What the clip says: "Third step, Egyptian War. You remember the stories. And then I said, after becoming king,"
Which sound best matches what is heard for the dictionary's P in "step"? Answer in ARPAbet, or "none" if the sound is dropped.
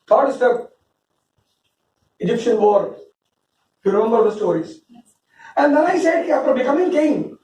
none